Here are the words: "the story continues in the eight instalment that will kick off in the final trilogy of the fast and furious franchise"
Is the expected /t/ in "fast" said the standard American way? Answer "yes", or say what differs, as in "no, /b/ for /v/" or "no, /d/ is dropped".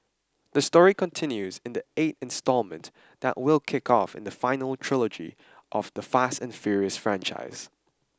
yes